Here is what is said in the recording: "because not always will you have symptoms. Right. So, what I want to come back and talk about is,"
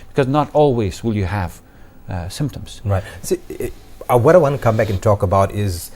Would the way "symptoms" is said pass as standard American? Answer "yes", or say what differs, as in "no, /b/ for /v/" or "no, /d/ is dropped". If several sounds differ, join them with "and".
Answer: yes